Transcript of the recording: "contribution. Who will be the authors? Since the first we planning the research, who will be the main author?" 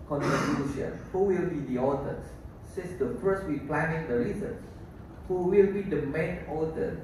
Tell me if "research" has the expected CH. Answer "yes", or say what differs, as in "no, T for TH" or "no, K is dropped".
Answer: no, S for CH